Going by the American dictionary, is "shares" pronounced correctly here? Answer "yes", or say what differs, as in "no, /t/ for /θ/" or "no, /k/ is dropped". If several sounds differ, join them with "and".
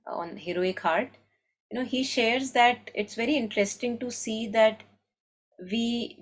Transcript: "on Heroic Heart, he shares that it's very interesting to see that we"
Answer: yes